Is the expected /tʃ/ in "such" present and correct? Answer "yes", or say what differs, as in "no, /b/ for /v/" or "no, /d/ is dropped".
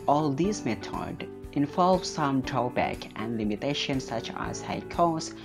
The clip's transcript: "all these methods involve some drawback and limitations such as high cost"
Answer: yes